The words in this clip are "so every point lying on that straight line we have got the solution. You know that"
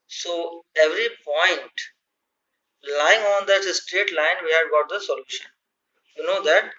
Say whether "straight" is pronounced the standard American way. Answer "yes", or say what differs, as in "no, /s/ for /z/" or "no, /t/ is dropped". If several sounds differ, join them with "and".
yes